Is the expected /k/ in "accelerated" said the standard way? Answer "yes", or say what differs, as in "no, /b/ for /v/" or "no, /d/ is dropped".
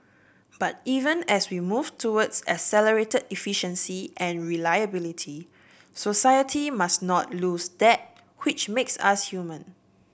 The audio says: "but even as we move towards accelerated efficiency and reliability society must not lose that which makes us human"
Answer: no, /k/ is dropped